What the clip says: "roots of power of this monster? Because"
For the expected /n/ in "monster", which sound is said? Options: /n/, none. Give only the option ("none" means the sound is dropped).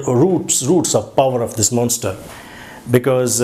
/n/